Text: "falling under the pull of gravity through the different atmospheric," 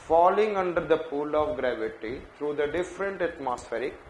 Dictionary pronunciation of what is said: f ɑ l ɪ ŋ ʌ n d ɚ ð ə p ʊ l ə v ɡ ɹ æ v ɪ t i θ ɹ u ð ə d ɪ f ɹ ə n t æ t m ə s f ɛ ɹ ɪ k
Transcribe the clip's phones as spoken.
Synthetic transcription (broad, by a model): f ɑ l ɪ ŋ ʌ n d ɚ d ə p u l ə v ɡ ɹ æ v ɪ t i t ɹ u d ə d ɪ f ɹ ə n t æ t m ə s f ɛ ɹ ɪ k